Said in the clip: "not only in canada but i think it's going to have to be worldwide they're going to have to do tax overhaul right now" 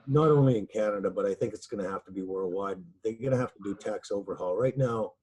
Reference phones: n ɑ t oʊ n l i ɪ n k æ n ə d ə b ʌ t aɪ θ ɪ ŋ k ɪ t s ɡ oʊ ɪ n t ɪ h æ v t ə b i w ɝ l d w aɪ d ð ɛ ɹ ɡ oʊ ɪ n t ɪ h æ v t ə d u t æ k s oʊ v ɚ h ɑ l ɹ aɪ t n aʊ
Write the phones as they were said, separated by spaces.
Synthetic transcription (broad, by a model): n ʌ t oʊ n l i ɪ n k æ n ə d ə b ʌ t aɪ θ ɪ ŋ k ɪ t s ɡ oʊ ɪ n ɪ h æ f t ə b i w ɝ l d w aɪ d ð ɛ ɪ ɡ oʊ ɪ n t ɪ h æ f t ə d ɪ t æ k s oʊ v ɚ h ɑ l ɹ aɪ t n aʊ